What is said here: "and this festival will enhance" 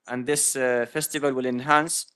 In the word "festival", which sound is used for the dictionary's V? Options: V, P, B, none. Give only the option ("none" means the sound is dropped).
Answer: V